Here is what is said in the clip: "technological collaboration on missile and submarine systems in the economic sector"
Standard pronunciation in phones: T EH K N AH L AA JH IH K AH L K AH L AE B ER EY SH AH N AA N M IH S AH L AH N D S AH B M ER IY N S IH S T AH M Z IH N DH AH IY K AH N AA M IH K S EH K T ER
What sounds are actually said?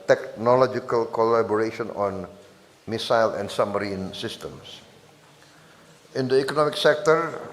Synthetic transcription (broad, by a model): T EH K N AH L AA JH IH K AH L K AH L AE B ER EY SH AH N AA N M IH S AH L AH N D S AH M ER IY N S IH S T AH M S IH N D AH IY K AH N AA M IH K S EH K T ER